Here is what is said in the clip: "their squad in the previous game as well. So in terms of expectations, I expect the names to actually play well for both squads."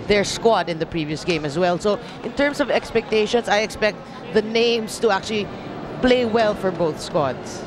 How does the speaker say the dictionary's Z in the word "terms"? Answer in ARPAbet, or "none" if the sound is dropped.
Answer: S